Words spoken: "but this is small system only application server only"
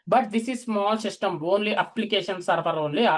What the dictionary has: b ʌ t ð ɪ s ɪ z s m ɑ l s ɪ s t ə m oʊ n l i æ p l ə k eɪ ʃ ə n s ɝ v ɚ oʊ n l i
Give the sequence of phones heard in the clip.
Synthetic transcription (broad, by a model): b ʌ t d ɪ s ɪ z s m ɑ l s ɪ s t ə m oʊ n l i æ p l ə k eɪ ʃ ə n s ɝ p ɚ oʊ n l i